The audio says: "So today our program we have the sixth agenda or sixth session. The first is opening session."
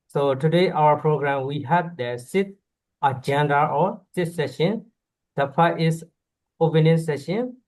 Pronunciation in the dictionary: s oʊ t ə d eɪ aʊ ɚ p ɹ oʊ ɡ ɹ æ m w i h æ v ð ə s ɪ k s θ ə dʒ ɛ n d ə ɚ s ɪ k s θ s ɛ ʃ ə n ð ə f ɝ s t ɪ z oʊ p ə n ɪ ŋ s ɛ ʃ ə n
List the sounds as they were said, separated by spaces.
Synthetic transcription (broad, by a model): s oʊ t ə d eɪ aʊ ɚ p ɹ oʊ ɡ ɹ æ m w i h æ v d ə s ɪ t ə dʒ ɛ n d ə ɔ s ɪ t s s ɛ ʃ ə n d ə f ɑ t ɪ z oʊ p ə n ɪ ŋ s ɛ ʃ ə n